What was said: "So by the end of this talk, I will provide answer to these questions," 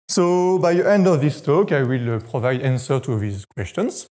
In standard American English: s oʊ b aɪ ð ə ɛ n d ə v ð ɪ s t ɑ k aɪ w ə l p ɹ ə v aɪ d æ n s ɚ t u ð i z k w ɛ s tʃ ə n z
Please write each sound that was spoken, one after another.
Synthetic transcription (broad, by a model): s oʊ b aɪ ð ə ɛ n d ə v ð ɪ s t ɑ k aɪ w ə l p ɹ ə v aɪ d æ n s ɚ t u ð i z k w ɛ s tʃ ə n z